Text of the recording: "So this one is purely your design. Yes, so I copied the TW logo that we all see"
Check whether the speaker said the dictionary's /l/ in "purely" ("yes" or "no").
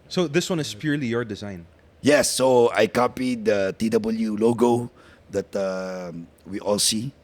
yes